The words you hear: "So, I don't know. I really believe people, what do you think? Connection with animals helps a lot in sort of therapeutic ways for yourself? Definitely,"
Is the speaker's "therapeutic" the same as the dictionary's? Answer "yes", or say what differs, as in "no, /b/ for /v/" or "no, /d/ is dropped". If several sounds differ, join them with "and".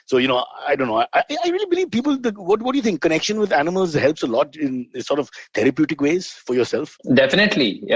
no, /t/ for /θ/